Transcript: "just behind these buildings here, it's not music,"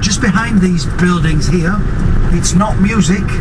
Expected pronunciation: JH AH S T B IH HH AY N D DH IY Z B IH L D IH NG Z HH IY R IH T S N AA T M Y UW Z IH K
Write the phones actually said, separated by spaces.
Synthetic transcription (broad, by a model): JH AH S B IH HH AY N DH IY Z B IH L D IH NG Z HH IY R IH T S N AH T M Y UW Z IH K